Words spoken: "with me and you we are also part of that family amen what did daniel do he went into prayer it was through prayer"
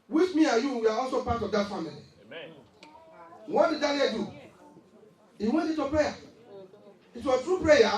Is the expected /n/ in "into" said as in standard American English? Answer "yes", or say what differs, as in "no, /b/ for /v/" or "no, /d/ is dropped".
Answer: no, /n/ is dropped